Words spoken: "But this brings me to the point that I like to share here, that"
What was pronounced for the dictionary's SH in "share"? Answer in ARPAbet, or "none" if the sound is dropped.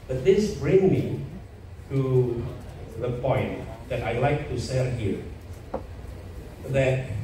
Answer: S